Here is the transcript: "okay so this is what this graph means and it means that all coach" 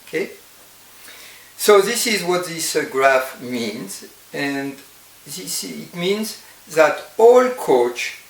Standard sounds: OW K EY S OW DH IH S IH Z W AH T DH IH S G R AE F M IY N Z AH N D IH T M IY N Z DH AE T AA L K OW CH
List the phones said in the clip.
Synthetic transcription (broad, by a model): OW K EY S OW DH IH S IH Z W AH T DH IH S G R AE F M IY N Z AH N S IH T M IY N Z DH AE T AA L K OW CH